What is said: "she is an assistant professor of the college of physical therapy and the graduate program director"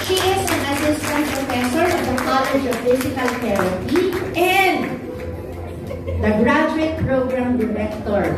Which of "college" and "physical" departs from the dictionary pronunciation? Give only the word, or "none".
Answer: physical